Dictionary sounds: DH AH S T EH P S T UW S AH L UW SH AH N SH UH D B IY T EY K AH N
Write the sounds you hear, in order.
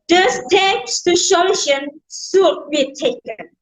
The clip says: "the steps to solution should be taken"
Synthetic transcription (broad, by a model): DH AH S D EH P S T UW SH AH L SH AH N S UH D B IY T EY K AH N